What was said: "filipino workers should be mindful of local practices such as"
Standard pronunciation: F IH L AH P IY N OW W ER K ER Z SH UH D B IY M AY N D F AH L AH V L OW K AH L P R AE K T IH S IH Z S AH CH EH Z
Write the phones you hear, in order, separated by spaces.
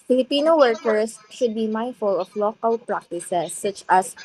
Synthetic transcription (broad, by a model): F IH L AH P IY N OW W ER K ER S SH UH D B IY M AY N F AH L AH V L OW K AH L P R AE K T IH S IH S AH CH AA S